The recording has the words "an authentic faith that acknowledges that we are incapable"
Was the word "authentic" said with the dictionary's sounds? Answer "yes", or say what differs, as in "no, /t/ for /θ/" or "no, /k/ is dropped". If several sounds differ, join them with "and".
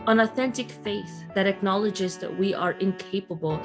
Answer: yes